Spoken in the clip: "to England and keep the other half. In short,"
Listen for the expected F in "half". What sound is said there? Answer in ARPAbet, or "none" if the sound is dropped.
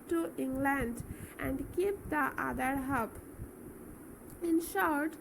P